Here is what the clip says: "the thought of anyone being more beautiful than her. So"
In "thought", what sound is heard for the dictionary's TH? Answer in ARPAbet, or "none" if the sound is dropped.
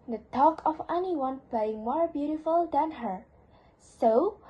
T